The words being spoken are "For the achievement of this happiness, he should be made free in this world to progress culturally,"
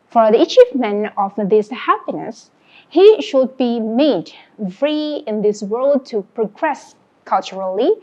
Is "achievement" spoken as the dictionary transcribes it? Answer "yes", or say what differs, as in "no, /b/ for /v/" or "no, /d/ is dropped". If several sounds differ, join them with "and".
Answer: no, /t/ is dropped